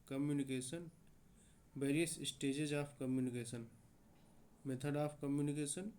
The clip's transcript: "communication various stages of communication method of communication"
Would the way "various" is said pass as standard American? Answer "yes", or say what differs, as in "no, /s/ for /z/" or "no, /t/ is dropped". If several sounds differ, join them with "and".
no, /b/ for /v/